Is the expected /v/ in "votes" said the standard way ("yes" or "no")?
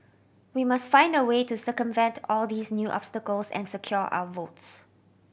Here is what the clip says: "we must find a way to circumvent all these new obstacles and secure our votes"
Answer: yes